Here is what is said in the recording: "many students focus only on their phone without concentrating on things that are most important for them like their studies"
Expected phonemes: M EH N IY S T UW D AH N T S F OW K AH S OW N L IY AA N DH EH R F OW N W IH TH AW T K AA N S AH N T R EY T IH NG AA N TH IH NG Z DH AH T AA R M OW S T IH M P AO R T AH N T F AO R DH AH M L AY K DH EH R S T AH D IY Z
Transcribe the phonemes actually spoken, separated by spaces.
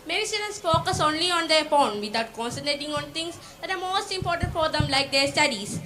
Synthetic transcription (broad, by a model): M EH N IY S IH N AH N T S F OW K AH S OW N L IY AA N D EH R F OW N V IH T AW T K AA N S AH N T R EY T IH NG AA N T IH NG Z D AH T AA R M OW S T IH M P AO R T AH N T F AO R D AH M L AY K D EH R S T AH D IY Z